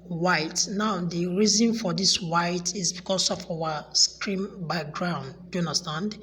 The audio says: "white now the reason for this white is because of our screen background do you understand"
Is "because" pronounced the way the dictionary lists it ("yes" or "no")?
no